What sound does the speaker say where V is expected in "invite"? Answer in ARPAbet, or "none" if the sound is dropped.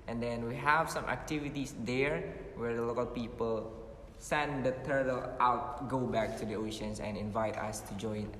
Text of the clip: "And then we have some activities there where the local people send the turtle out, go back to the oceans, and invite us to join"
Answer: V